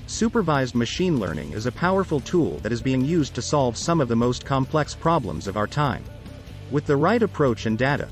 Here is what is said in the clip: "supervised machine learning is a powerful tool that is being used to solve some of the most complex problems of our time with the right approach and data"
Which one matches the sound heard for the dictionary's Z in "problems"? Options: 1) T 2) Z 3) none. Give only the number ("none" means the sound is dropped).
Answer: 2